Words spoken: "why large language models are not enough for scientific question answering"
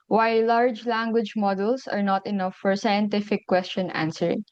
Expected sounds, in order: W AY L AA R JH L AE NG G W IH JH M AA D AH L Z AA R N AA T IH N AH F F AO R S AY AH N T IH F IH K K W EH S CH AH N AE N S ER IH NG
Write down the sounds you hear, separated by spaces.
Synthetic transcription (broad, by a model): W AY L AA R JH L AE NG G W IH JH M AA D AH L S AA R N AA T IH N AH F F AO R S AY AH N T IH F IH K K W EH S CH AH N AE N S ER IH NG